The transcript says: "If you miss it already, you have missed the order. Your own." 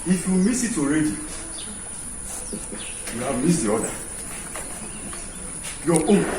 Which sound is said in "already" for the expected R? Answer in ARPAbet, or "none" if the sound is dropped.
R